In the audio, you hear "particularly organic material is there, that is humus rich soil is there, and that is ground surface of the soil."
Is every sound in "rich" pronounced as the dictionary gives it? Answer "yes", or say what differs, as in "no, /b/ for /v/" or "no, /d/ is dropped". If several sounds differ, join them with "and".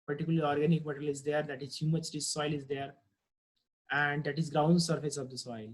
no, /s/ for /tʃ/